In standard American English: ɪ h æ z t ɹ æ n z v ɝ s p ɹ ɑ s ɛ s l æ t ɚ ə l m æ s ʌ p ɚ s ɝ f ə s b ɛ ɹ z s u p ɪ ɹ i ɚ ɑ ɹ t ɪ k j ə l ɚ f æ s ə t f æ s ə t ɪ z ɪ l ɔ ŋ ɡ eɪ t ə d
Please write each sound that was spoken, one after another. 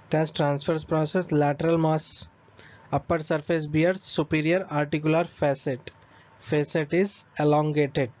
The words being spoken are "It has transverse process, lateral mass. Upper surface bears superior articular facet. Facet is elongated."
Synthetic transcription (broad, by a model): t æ s t ɹ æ n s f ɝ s p ɹ ɑ s ɛ s l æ t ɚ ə l m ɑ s ʌ p ɚ s ɝ f ə s b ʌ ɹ s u p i ɹ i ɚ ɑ ɹ t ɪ k j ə l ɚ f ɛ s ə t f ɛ s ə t ɪ z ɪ l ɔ ŋ ɡ eɪ t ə d